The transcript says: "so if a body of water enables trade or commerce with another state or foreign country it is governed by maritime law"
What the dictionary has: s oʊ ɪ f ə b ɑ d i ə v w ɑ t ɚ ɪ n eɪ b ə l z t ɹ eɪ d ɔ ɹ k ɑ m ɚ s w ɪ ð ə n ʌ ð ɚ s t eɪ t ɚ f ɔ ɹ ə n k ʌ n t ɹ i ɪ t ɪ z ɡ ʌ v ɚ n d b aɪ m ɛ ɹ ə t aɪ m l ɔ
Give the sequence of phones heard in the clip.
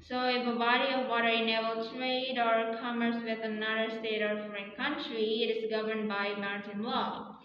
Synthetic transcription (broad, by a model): s oʊ ɪ f ə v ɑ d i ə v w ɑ t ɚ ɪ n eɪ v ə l t ɹ eɪ d ɔ ɹ k ɑ m ɚ s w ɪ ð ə n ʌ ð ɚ s t eɪ t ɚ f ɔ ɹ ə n k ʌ n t ɹ i ɪ t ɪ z ɡ ʌ v ɚ n d b aɪ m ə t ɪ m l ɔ